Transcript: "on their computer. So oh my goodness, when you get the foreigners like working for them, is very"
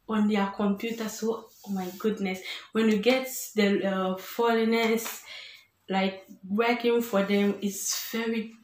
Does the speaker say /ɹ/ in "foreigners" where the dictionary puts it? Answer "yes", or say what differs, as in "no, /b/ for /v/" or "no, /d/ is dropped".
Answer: no, /l/ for /ɹ/